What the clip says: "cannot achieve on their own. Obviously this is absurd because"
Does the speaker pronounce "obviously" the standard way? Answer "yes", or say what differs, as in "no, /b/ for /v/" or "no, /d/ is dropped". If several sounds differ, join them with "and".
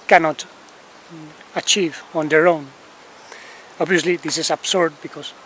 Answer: yes